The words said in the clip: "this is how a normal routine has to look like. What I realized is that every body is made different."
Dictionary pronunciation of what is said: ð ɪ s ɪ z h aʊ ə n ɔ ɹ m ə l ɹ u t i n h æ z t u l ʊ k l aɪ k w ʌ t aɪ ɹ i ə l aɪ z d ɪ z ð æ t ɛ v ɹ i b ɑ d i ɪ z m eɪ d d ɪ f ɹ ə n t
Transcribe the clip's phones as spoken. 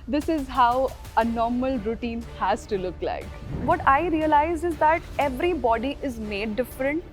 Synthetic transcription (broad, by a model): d ɪ s ɪ z h aʊ ə n ɔ ɹ m ə l ɹ u t i n h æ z t u l ʊ k l aɪ k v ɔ t aɪ ɹ i ə l aɪ z ɪ z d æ t ɛ v ɹ i b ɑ d i ɪ z m eɪ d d ɪ f ɹ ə n t